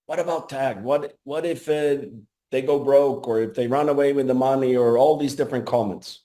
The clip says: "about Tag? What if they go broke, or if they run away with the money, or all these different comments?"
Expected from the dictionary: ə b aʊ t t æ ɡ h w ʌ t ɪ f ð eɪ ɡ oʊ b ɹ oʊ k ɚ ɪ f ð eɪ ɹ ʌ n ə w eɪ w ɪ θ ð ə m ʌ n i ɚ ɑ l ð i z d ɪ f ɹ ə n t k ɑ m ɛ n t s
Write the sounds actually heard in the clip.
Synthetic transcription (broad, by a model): ə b aʊ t t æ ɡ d w ʌ t ɪ f ð eɪ ɡ oʊ b ɹ oʊ k ɚ ɪ f ð eɪ ɹ ʌ n ə w eɪ w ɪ ð ə m ʌ n i ɚ ɑ l ð i z d ɪ f ɹ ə n k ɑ m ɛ n t s